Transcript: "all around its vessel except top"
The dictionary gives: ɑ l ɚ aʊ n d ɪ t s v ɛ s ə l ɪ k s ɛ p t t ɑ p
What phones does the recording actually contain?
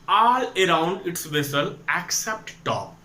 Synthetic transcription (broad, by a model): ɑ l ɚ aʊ n d ɪ t s v ɛ s ə l ɪ k s ɛ p t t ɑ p